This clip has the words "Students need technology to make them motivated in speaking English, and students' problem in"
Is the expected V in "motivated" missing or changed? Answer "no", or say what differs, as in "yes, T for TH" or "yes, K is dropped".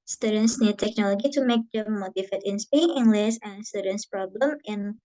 yes, F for V